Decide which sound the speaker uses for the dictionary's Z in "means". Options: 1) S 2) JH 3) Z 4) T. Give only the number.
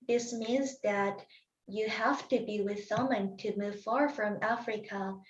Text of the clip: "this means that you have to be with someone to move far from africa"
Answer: 3